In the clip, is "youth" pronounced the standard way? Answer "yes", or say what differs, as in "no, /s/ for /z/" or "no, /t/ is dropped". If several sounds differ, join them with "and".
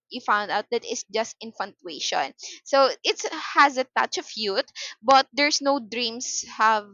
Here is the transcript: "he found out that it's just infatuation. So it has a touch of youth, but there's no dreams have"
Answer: no, /t/ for /θ/